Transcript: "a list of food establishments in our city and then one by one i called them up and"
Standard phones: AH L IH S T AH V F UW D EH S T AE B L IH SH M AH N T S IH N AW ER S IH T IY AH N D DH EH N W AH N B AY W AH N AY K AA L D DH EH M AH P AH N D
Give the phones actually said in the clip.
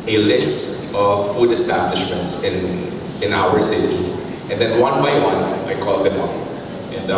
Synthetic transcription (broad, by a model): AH L IH S T AH V F UW D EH S T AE B L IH SH M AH N T S IH N AW ER S IH T IY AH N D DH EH N W AH N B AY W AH N AY K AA L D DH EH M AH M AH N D